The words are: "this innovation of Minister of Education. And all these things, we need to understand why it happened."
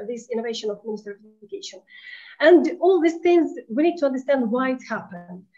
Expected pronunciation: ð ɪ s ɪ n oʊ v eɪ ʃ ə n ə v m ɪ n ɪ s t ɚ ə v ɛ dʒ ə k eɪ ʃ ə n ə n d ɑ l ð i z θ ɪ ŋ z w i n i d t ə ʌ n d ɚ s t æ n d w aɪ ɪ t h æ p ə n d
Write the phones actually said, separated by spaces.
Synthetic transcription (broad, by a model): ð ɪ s ɪ n oʊ v eɪ ʃ ə n ə v m ɪ n ɪ s t ɚ ə v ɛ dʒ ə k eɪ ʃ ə n ə n d ɑ l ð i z θ ɪ ŋ z w i n i d t ə ʌ n d ɚ s t æ n d w aɪ ɪ t h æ p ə n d